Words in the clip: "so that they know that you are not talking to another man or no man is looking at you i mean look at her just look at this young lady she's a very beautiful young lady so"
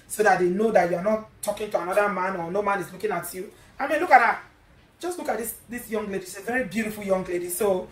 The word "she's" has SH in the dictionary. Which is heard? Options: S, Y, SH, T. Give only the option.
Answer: S